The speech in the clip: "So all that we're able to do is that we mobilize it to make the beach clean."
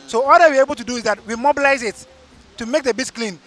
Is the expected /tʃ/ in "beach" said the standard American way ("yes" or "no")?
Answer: no